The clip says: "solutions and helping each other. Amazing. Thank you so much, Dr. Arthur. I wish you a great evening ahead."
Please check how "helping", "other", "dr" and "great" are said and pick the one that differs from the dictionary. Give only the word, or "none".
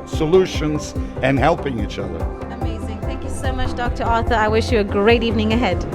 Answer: none